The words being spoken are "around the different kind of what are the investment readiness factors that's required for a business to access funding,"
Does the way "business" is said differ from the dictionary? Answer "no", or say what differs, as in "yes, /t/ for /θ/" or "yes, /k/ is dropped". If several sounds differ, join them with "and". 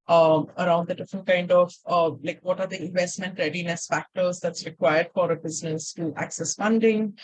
no